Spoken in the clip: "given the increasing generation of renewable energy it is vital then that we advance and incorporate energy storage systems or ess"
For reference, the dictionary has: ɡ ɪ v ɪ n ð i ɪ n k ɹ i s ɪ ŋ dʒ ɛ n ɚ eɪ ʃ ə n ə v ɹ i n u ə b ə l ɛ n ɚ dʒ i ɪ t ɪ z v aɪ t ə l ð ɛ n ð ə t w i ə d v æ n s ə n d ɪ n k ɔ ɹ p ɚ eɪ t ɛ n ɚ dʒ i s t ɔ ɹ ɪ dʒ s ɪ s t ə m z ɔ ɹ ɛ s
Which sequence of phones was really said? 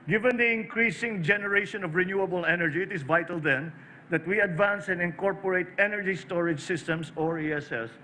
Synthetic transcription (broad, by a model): ɡ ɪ v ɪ n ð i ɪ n k ɹ i s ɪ ŋ dʒ ɛ n ɚ eɪ ʃ ə n ə v ɹ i n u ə b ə l ɛ n ɚ dʒ i ɪ t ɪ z v aɪ t ə l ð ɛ n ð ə t w i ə d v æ n s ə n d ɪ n k ɔ ɹ p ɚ eɪ t ɛ n ɚ dʒ i s t ɔ ɹ ɪ dʒ s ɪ s t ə m s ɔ ɹ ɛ s